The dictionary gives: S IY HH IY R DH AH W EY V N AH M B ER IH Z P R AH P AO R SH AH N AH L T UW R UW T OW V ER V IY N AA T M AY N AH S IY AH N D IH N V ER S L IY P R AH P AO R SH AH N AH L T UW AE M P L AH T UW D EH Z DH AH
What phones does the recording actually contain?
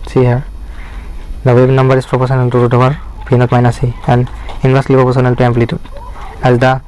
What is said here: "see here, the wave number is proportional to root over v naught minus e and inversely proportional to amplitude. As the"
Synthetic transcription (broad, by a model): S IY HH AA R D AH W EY B N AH M B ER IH S P R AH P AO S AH N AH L T UW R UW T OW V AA P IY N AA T M AY N AH S IY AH N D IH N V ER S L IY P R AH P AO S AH N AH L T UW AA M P L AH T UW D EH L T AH